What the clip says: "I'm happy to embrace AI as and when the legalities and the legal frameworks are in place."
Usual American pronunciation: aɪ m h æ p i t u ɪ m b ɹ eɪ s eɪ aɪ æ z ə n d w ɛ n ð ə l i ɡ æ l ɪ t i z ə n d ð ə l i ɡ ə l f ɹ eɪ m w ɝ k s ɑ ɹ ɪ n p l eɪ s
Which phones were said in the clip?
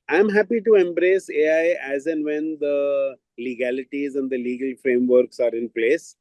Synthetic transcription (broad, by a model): aɪ m h æ p i t u ɪ m b ɹ eɪ s eɪ aɪ æ z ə n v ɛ n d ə l i ɡ æ l ɪ t i z ə n d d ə l i ɡ ə l f ɹ eɪ m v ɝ k s ɑ ɹ ɪ n p l eɪ s